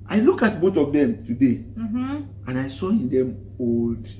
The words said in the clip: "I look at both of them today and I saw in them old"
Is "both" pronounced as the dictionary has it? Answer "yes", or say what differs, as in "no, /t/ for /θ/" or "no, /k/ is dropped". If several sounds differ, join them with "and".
no, /t/ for /θ/